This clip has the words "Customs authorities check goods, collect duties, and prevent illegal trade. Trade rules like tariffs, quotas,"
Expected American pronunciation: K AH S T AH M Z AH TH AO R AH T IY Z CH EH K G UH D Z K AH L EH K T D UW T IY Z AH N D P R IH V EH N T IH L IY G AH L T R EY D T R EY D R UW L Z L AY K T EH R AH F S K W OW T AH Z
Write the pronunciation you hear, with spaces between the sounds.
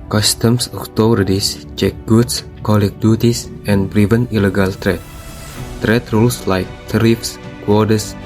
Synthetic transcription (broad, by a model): K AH S T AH M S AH T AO R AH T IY S CH EH K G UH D S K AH L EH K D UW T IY S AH N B R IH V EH N IH L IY G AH L T R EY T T R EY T R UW L S L AY K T R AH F S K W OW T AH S